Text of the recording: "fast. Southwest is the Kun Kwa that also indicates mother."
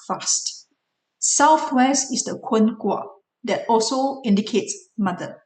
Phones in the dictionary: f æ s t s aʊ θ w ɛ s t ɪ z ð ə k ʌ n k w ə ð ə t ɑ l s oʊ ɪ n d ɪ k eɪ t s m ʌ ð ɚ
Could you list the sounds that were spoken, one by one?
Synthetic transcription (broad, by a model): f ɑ s t s aʊ θ w ɛ s t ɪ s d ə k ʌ n k w ə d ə t ɑ l s oʊ ɪ n d ɪ k eɪ t s m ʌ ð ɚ